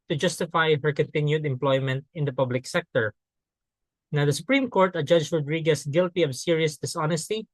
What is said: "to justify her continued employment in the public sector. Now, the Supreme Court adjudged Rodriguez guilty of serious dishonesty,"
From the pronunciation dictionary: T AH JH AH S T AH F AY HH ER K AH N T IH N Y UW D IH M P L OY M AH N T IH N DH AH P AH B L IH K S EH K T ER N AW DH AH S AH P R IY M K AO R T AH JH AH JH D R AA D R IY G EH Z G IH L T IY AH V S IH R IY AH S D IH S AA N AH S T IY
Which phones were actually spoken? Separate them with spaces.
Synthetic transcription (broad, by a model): T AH JH AH S T AH F AY HH ER K AH N T IH N Y UW D IH M P L OY M AH N T IH N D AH P AH B L IH K S EH K T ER N AW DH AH S AH P R IY M K AO R T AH JH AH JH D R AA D R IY G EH S G IH L T IY AH V S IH R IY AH S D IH S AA N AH S T IY